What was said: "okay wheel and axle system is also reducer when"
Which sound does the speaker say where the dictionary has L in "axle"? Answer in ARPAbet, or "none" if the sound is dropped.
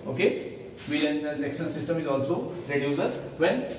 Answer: N